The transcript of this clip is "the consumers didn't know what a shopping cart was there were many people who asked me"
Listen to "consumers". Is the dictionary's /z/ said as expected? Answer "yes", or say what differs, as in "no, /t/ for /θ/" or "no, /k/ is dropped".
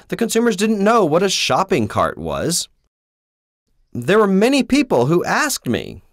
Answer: yes